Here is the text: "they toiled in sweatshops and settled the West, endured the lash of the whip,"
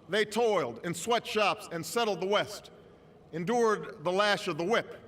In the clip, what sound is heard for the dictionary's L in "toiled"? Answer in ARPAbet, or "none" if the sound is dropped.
L